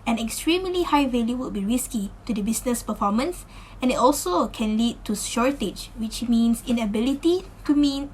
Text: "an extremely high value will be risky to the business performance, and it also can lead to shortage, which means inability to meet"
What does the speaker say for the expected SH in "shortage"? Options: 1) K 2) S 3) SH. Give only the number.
3